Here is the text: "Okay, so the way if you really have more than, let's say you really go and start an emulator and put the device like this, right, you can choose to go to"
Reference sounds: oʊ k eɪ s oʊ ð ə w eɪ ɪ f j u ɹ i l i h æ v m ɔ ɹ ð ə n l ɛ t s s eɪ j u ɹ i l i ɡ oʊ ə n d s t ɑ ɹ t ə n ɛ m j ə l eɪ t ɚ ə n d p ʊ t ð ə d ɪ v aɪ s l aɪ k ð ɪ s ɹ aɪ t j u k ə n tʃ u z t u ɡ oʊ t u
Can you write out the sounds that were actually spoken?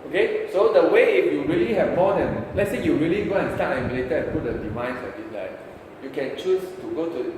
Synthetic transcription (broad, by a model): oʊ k eɪ s oʊ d ə w eɪ ɪ f j u ɹ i l i h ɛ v m ɔ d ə n l ɛ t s s eɪ j u ɹ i l i ɡ oʊ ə n s t ɑ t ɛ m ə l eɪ t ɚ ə n p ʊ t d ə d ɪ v aɪ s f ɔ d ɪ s l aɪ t j u k ə n tʃ u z t u ɡ oʊ t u